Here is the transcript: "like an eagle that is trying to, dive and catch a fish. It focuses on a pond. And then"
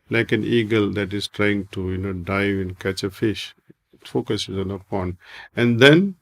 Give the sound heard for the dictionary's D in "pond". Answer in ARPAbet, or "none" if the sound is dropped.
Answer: none